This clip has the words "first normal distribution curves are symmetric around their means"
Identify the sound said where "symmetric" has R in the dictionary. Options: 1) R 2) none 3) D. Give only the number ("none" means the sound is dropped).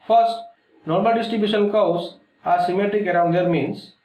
1